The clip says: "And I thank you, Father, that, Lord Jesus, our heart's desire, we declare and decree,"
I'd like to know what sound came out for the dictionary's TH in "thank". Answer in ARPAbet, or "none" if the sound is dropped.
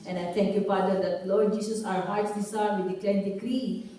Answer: T